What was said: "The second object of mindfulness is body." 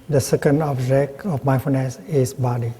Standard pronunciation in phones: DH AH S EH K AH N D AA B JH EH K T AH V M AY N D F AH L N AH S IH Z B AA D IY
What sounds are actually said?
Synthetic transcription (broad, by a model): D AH S EH K AH N D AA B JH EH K AH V M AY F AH N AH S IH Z B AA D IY